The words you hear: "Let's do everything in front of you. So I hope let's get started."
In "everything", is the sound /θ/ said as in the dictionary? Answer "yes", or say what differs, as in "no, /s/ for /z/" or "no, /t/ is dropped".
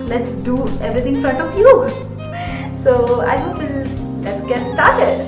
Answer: no, /t/ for /θ/